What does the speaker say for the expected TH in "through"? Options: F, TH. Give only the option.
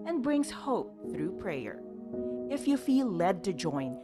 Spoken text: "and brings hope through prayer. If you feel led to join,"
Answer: TH